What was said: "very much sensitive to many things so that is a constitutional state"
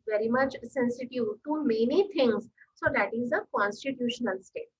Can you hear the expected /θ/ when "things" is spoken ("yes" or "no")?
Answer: no